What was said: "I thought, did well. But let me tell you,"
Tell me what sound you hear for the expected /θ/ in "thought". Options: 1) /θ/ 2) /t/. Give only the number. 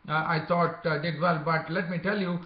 2